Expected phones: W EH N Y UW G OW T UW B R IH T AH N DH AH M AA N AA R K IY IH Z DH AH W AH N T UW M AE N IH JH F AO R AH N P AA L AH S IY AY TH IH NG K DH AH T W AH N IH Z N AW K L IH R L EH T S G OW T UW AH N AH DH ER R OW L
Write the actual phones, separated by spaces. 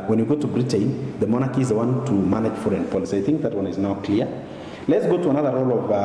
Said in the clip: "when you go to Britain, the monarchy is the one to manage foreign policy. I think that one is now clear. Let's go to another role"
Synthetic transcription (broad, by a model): W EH N Y UW G OW T UW B R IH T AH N DH AH M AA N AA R K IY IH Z DH AH W AH N T UW M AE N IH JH F AO R AH N P AA L AH S IY AY TH IH NG K DH AH T W AH N IH Z N AW K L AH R L EH T S G OW T UW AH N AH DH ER R OW L